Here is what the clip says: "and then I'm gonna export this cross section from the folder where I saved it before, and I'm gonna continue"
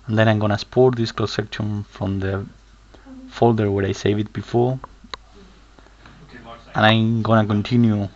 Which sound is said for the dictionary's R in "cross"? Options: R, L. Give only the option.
L